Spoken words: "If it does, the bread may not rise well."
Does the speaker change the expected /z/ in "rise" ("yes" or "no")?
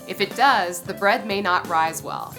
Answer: no